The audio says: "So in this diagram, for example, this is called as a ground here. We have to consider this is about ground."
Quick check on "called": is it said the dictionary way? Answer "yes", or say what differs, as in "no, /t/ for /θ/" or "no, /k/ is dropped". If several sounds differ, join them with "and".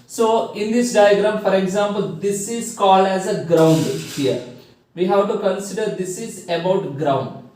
yes